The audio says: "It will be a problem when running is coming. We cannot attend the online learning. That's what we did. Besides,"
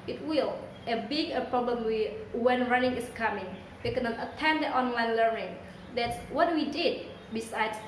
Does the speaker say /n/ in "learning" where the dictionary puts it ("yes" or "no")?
yes